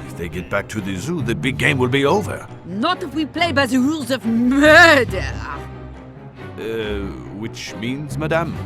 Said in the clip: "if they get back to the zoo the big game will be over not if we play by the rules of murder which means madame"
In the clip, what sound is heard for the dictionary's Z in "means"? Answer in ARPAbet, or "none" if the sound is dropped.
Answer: Z